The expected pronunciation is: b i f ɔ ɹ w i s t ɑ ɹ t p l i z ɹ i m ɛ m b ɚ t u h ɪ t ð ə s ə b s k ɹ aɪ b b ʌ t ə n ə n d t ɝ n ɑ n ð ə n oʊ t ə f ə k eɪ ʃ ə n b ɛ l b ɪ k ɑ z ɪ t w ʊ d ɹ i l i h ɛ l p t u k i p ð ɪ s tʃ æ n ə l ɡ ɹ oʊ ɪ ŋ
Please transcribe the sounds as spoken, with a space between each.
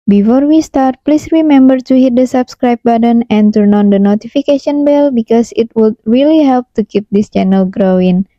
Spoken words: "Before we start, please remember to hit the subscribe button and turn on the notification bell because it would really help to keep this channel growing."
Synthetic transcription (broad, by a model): b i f ɔ ɹ w i s t ɑ ɹ t p l i s ɹ i m ɛ m b ɚ t u h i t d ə s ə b s k ɹ aɪ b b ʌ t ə n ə n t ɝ n ɑ n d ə n oʊ t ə f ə k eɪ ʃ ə n b ɛ l b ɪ k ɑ s ɪ t w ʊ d ɹ i l i h ɛ l p t u k i p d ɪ s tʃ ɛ n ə l ɡ ɹ oʊ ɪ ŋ